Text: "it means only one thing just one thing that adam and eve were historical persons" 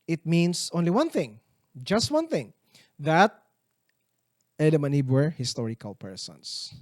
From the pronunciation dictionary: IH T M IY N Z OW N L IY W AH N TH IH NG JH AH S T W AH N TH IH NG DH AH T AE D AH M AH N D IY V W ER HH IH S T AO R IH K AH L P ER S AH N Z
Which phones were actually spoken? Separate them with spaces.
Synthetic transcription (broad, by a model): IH T M IY N S OW N L IY W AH N TH IH NG JH AH S T W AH N TH IH NG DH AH T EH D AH M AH N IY B W ER HH IH S T AO R IH K AH L P ER S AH N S